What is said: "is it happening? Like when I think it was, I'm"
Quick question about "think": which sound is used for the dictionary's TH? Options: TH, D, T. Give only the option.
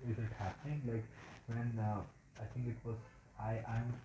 T